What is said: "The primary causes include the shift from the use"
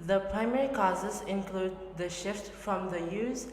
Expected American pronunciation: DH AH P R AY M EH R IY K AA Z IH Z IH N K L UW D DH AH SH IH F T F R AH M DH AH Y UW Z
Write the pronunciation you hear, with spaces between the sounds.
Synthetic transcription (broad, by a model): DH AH P R AY M EH R IY K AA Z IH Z IH N K L UW D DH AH SH IH F T F R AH M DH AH Y UW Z